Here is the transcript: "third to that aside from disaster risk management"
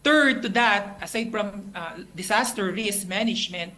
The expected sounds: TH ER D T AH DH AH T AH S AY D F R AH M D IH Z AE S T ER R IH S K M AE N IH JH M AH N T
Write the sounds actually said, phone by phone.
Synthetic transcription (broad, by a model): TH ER D T AH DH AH T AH S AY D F R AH M D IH S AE S T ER R IH S K M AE N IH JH M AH N T